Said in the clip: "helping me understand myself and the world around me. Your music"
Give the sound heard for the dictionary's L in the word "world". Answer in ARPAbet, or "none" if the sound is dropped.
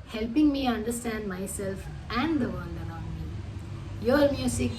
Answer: N